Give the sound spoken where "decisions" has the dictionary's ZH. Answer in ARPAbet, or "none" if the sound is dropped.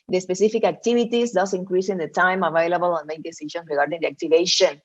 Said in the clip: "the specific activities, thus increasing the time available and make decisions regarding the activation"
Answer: SH